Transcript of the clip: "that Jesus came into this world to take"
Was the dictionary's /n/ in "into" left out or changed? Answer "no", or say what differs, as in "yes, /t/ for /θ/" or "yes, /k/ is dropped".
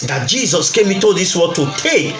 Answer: yes, /n/ is dropped